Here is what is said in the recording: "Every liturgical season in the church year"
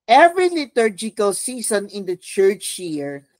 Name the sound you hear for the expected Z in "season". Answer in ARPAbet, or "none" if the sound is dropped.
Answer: S